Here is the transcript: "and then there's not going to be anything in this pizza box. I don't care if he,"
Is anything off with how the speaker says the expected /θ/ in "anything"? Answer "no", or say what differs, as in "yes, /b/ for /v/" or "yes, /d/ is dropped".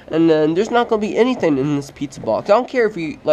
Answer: no